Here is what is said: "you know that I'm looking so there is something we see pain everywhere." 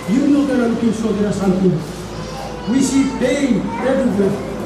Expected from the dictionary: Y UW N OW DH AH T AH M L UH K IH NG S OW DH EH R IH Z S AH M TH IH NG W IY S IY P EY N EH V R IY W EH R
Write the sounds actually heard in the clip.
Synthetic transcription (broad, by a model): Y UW N OW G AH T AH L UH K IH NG S OW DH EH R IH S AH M T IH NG W IY S IY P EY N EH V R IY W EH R